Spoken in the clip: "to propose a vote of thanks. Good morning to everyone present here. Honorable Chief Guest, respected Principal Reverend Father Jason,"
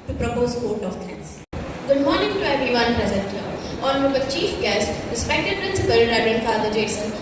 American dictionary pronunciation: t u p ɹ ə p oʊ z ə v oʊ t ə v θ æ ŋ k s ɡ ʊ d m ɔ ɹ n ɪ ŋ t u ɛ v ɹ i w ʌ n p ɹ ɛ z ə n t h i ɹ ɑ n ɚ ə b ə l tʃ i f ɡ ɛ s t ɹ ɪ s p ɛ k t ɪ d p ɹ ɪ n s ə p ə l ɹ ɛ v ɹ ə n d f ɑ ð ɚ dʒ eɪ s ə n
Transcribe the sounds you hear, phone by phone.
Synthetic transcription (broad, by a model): t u p ɹ ə p oʊ z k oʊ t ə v t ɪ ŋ s ɡ ʊ d m ɔ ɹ n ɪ ŋ t u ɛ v i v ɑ n p ɹ ɛ z ə n t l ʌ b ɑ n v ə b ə tʃ i f ɡ ɛ s t ɹ ɪ s p ɛ k t ɪ d p ɹ ɪ n s ə p ə l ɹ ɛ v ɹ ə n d f ɑ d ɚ dʒ eɪ s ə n